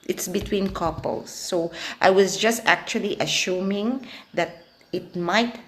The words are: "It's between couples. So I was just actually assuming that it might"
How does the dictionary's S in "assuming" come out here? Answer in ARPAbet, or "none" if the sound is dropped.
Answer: SH